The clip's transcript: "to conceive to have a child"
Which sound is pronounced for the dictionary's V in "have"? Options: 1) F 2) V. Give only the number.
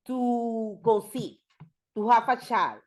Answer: 1